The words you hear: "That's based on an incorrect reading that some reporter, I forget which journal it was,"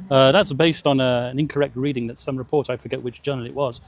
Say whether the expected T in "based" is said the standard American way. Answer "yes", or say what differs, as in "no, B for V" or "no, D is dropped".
yes